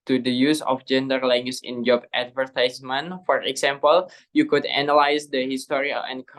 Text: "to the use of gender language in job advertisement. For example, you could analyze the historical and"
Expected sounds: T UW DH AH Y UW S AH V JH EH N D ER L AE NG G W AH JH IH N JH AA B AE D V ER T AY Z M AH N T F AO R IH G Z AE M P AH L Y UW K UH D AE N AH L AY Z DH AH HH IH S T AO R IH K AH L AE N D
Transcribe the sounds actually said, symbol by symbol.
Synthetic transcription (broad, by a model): T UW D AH Y UW S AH F JH EH N D ER L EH NG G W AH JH IH N JH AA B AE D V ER T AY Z M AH N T F AO R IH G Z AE M P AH L Y UW K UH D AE N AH L AY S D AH HH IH S T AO R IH AH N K